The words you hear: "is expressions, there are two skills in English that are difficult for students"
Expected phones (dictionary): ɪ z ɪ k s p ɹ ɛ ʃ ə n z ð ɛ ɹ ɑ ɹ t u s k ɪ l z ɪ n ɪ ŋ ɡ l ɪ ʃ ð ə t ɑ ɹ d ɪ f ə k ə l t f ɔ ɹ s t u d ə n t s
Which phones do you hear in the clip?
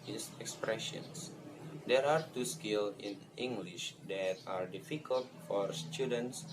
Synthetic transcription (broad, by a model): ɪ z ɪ k s p ɹ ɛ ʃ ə n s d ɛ ɹ ɑ ɹ t u s k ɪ l ɪ n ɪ ŋ ɡ l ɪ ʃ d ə t ɑ ɹ d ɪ f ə k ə l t f ɔ ɹ s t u d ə n t s